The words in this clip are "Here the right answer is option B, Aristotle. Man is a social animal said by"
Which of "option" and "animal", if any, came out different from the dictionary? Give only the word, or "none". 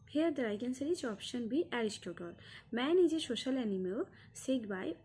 animal